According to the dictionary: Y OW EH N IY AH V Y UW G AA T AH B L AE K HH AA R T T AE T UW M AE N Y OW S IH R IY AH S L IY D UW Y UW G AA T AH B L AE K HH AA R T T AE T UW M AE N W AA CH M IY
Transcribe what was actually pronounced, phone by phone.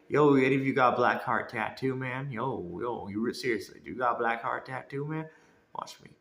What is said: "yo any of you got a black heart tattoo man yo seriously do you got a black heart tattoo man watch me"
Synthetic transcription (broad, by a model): Y OW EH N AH F Y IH G AA T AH B L AE K HH AA R T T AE T UW M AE N Y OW S IH R IY AH S L IY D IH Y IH G AA T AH B L AE K HH AA R T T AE T UW M AE N W AA CH M IY